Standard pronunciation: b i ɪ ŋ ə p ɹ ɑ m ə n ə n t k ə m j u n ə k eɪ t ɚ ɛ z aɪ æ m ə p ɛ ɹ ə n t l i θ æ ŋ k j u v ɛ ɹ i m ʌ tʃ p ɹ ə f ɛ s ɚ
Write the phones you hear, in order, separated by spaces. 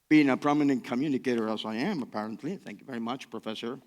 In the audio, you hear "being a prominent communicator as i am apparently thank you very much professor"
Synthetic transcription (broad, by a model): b i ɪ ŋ ə p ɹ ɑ m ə n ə n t k ə m j u n ə k eɪ t ɚ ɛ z aɪ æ m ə p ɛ ɹ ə n t l i θ æ ŋ k j u v ɛ ɹ i m ʌ tʃ p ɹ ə f ɛ s ɚ